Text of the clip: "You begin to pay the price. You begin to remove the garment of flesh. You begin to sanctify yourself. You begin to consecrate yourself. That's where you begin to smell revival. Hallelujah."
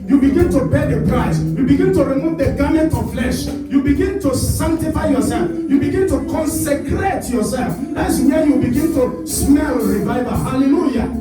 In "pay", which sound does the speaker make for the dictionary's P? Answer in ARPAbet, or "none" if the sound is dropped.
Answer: B